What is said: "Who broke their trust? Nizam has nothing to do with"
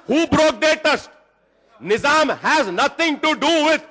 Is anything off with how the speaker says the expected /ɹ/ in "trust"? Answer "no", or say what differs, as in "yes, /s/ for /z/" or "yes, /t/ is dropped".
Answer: yes, /ɹ/ is dropped